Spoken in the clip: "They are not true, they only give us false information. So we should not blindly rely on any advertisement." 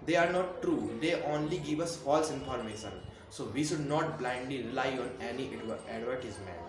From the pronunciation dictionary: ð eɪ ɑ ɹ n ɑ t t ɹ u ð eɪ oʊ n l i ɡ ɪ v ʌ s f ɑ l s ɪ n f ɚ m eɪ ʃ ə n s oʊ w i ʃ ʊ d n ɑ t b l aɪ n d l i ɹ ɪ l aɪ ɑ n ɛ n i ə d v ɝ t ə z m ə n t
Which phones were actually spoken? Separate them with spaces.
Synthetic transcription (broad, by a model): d eɪ ɑ ɹ n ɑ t t ɹ u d eɪ oʊ n l i ɡ ɪ v ʌ s f ɑ l s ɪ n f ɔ m eɪ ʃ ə n s oʊ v i ʃ ʊ d n ɑ t b l aɪ n d l i ɹ ɪ l aɪ ɑ n ɛ n i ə d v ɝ t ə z m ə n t